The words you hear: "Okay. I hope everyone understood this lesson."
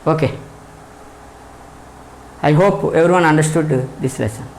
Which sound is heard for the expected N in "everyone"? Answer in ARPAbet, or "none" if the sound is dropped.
N